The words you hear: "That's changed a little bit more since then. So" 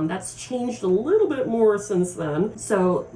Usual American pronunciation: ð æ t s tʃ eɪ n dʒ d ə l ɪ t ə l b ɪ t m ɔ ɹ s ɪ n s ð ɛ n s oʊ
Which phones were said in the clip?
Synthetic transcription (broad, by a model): ð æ t s tʃ eɪ n dʒ d ə l ɪ t l b ɪ t m ɔ ɹ s ɪ n s ð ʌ n s oʊ